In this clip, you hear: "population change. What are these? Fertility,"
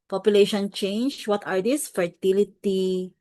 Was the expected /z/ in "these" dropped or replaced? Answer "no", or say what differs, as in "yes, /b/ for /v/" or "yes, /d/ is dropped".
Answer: yes, /s/ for /z/